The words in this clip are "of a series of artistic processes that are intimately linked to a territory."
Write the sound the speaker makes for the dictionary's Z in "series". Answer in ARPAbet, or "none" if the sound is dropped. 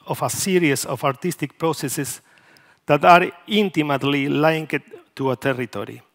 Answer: S